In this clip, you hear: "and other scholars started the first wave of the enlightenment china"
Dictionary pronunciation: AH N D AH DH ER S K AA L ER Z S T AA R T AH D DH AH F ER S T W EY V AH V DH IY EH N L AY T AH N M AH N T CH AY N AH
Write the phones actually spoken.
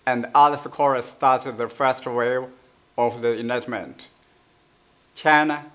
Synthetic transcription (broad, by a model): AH N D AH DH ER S K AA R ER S T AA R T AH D DH AH F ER S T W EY AH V DH IY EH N AY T M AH N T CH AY N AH